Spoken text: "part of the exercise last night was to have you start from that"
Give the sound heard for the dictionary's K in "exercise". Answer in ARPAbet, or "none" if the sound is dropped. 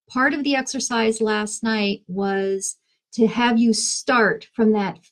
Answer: K